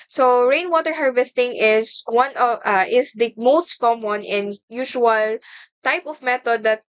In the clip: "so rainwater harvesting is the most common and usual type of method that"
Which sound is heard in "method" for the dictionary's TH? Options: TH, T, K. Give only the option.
T